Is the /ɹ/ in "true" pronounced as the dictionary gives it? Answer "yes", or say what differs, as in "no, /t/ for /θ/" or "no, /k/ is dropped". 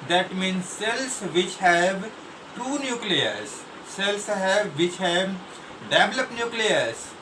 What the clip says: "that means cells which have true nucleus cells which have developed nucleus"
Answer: no, /ɹ/ is dropped